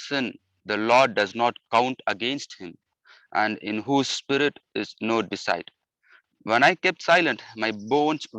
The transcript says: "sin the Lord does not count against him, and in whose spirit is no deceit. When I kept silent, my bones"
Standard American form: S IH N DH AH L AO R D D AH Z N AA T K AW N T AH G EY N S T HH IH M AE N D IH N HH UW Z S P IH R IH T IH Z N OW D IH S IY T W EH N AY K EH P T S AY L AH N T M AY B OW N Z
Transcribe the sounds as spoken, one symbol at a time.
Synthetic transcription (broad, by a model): S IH N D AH L AO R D D AH Z N AA T K AW N T AH G EY N S T HH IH M AE N D IH N HH UW Z S P IH R IH T IH Z N OW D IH S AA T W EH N AY K EH P T S AY L AH N T M AY B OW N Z